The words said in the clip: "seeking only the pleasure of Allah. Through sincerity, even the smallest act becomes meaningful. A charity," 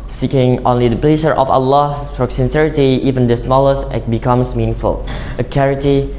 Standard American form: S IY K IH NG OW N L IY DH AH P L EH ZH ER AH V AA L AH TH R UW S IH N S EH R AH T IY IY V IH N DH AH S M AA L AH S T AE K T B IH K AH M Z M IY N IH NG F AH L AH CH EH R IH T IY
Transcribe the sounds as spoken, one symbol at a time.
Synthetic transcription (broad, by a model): S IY K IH NG OW N L IY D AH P L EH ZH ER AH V AA L AH T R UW S IH N S EH R AH T IY IY V IH N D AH S M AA L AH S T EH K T B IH K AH M S M IY N IH NG F AH L AH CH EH R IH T IY